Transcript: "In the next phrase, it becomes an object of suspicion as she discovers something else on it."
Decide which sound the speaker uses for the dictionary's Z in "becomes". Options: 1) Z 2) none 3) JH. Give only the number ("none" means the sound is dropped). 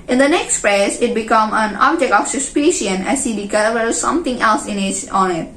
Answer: 2